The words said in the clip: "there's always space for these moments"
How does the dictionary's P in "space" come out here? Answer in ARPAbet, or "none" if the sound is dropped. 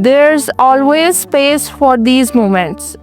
P